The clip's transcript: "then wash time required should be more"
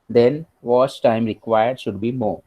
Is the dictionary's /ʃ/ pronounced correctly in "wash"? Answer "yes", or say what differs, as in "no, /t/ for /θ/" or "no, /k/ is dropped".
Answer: no, /s/ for /ʃ/